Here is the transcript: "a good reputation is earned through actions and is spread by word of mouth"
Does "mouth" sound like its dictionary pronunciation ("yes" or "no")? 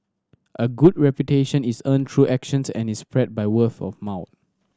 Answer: no